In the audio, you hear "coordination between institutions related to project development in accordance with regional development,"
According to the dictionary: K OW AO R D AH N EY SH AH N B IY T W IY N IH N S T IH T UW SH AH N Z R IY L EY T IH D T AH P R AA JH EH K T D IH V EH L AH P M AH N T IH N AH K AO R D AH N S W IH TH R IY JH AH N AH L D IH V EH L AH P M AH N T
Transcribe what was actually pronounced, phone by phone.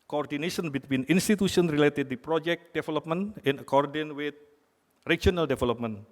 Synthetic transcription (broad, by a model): K OW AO R D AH N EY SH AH N B IY T W IY N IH N S T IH T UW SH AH N R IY L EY T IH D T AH P R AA JH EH K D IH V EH L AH P M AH N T IH N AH K AO R D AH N W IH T R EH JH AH N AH L D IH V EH L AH P M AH N